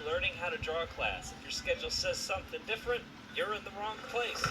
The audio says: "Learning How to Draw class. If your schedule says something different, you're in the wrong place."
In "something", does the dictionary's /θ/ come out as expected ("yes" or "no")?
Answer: yes